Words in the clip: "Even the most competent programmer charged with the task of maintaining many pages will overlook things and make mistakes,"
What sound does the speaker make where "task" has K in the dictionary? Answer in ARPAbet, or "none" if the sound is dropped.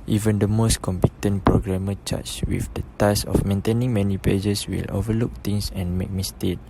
none